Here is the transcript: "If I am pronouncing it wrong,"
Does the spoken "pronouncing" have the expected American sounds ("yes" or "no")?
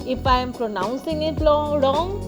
yes